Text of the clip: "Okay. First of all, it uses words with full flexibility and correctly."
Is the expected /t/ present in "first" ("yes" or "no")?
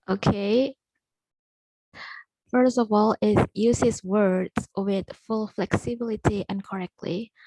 yes